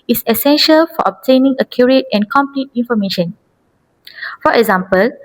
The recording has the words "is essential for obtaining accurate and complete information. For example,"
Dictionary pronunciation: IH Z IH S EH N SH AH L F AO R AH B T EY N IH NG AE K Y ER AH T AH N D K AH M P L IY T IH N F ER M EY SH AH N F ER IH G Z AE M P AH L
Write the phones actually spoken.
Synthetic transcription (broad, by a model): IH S IH S EH N SH AH L F AO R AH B T EY N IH NG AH K Y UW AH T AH N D K AH M P L IY T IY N F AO M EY SH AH N F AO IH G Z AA M P AH L